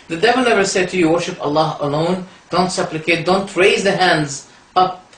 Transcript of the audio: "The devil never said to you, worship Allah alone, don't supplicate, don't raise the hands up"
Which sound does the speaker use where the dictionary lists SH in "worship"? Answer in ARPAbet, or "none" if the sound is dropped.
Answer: SH